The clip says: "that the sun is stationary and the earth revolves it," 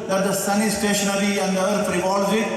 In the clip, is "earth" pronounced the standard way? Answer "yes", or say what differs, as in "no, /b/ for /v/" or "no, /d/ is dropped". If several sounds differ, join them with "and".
no, /f/ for /θ/